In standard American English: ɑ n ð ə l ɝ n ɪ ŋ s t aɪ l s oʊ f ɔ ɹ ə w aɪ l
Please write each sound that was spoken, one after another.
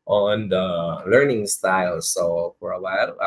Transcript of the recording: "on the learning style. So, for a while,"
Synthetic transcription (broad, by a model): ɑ n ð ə l ɝ n ɪ ŋ s t aɪ l s oʊ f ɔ ɹ ə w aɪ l